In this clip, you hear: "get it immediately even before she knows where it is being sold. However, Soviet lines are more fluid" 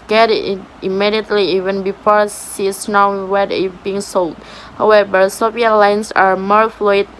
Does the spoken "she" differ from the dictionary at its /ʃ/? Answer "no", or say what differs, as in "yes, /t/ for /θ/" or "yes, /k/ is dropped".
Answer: yes, /s/ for /ʃ/